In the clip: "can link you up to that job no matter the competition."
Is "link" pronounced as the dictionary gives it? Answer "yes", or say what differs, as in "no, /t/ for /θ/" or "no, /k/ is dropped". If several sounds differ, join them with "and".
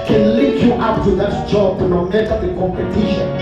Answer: no, /ŋ/ is dropped